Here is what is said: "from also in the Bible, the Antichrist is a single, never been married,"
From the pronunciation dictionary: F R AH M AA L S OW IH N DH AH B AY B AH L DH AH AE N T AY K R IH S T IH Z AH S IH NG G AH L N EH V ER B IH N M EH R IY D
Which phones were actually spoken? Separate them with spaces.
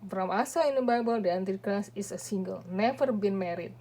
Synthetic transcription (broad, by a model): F R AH M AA S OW IH N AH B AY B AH L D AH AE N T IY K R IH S IH S AH S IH NG G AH L N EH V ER B IH N M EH R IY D